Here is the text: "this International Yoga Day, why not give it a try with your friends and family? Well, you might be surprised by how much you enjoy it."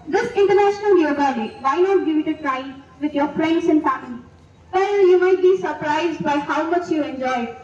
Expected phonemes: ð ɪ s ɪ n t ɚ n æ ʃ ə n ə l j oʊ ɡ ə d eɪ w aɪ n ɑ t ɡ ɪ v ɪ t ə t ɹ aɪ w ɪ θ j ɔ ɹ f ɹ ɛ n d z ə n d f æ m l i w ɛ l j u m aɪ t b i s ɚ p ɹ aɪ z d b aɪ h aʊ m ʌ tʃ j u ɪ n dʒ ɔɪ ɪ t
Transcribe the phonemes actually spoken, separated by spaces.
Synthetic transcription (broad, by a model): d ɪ s ɪ n t ɚ n æ ʃ ə n ə l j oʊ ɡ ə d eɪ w aɪ n ɑ t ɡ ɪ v ɪ t ə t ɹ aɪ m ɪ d j ɔ ɹ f ɹ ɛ n d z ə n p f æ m i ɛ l j u m aɪ t b i s ɚ p ɹ aɪ z d b aɪ h aʊ m ʌ tʃ j u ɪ n dʒ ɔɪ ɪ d